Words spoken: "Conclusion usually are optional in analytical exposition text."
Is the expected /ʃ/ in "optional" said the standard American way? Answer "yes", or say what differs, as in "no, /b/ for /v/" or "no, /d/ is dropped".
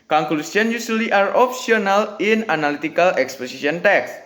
no, /s/ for /ʃ/